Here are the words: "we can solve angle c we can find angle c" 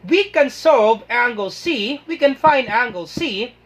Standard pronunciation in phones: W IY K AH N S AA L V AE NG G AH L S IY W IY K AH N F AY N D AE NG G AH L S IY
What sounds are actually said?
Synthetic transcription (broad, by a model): W IY K AH N S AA V AE NG G AH L S IY W IY K AH N F AY N D AE NG G AH L S IY